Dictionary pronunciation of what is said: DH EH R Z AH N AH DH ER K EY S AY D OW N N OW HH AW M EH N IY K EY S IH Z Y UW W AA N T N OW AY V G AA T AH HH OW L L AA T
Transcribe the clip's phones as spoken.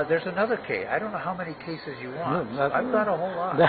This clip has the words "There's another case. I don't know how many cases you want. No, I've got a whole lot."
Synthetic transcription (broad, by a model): DH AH R Z AH N AH DH ER K EY S AY D OW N N OW HH AW M EH N IY K EY S IH Z Y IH W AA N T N AY V G AA T AH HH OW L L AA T